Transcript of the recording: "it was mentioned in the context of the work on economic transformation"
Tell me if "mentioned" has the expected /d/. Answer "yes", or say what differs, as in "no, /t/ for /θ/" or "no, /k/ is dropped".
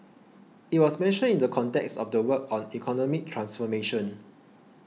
no, /d/ is dropped